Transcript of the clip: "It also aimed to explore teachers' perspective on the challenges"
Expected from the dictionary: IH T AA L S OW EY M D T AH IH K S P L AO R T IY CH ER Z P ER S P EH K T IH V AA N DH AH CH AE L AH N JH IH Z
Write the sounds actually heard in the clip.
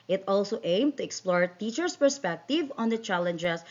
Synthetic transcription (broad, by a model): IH T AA L S OW EY M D T AH IH K S P L AO R T IY CH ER S P ER S P EH K T IH V AA N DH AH CH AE L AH N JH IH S